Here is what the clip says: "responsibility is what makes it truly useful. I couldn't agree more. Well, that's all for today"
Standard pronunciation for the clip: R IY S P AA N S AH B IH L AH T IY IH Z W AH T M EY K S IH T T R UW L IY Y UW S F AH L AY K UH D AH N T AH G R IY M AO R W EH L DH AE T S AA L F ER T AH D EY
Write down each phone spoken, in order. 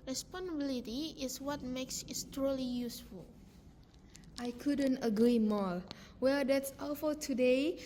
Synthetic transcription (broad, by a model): R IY S P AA N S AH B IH L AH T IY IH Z W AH T M EY K S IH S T R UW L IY Y UW S F AH L AY K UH D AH N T AH G R IY M AO L W EH L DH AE T S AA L F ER T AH D EY